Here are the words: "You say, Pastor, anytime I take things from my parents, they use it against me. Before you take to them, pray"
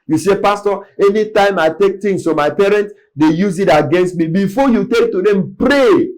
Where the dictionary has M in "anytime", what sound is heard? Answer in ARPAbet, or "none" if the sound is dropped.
M